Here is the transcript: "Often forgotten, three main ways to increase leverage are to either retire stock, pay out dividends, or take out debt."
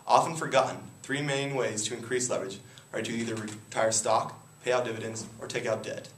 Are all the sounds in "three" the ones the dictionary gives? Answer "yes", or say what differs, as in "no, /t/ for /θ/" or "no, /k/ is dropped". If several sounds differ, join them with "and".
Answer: yes